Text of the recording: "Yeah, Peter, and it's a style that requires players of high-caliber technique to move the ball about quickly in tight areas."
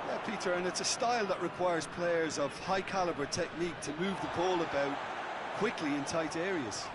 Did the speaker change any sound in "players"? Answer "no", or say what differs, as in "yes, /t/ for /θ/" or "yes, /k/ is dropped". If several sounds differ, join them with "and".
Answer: no